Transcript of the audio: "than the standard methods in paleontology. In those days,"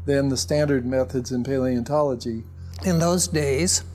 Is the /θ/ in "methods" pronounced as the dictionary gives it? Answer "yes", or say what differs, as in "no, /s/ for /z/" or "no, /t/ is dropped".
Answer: yes